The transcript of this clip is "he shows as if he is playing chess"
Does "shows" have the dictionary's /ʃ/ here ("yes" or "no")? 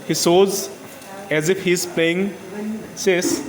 no